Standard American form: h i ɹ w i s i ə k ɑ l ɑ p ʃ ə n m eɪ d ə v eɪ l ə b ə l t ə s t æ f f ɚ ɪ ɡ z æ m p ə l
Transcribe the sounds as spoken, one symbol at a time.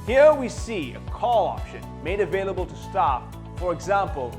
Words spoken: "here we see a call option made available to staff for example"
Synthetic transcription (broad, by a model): h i ɹ w i s i ə k ɑ l ɑ p ʃ ə n m eɪ d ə v eɪ l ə b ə l t ə s t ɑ p f ɚ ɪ ɡ z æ m p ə l